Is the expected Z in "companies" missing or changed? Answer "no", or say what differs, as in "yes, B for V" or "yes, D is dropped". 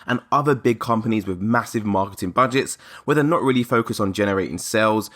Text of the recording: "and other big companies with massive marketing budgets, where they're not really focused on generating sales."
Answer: no